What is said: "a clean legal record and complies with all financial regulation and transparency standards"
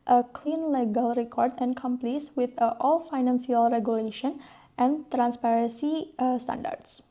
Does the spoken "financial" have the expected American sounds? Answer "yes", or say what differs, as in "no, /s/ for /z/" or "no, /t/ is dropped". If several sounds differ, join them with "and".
no, /s/ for /ʃ/